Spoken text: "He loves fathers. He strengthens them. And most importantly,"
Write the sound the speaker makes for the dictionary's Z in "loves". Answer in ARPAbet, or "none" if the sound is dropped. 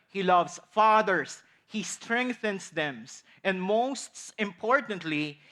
S